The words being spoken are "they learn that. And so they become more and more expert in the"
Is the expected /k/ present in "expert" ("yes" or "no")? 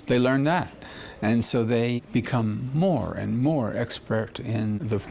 yes